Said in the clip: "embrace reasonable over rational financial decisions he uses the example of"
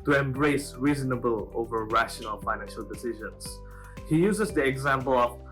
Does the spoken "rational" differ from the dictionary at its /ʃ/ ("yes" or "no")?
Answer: no